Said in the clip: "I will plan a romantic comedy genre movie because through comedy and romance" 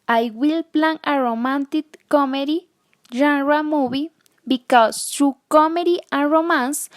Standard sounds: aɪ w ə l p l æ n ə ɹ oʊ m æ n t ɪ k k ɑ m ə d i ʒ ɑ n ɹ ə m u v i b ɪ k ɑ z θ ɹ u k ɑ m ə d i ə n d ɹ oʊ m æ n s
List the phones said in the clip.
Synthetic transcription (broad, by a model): aɪ w ə l p l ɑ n ə ɹ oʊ m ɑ n t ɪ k k ɑ m ə d i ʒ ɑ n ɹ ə m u b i b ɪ k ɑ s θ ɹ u k ɑ m ə d i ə n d ɹ oʊ m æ n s